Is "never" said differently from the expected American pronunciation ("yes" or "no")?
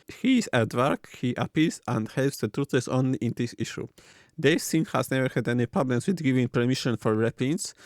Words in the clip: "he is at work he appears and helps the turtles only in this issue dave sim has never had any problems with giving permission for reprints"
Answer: no